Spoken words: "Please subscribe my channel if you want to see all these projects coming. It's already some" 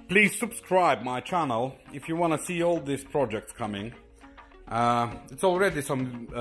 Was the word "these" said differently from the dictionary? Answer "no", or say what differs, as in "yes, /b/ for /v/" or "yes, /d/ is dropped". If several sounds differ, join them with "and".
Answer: yes, /s/ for /z/